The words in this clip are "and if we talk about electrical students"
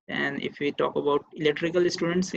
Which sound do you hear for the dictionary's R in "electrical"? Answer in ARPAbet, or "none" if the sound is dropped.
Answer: R